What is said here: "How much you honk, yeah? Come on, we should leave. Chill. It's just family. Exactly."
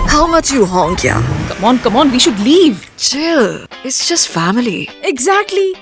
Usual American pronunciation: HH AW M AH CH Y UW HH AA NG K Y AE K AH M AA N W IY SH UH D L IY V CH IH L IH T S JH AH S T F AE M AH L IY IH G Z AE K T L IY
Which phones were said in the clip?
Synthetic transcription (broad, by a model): HH AW M AH CH Y UW HH AA NG K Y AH K AH M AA N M IY SH UH D L IY V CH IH IH T S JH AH S T F AE M AH L IY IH G Z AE K T L IY